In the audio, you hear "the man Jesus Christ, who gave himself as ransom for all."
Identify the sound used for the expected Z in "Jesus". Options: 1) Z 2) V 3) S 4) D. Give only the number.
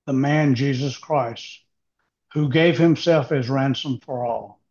1